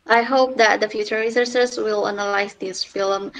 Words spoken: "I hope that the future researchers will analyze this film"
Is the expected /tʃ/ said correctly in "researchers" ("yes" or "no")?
no